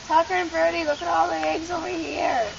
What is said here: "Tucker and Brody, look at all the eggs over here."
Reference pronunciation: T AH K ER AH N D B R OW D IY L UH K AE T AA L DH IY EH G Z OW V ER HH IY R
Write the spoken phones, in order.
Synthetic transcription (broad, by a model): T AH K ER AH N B R D IY L UH K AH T AA L DH IY EH G Z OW IY HH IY R